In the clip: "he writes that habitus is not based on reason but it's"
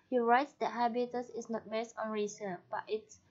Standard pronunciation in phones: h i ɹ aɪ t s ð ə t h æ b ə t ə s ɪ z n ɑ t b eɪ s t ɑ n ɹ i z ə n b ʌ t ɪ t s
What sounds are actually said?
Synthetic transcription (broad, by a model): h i ɹ aɪ t s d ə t h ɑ b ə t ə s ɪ s n ɑ t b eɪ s ɑ n ɹ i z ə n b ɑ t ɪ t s